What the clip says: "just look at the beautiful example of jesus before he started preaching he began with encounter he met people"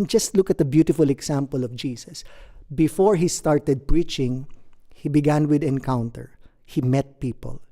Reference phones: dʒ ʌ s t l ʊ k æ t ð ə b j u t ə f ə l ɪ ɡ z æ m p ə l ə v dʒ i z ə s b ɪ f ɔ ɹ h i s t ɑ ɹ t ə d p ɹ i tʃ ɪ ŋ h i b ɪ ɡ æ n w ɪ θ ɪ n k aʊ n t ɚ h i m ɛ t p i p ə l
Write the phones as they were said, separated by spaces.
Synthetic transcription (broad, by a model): dʒ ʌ s t l ʊ k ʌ t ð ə b j u t ə f ə l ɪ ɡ s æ m p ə l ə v dʒ i s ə s b ɪ f ɔ ɹ h i s t ɑ ɹ t ə d p ɹ i tʃ ɪ ŋ h i b ɪ ɡ æ n w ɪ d ɪ n k aʊ n t ɚ h i m ɛ t p i p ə l